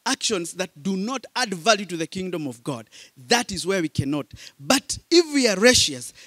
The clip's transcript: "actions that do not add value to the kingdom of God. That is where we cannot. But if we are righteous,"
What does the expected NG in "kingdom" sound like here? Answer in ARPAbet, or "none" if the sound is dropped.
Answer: NG